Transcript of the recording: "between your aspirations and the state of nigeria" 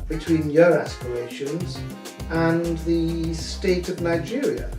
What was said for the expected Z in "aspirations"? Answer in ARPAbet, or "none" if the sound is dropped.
Z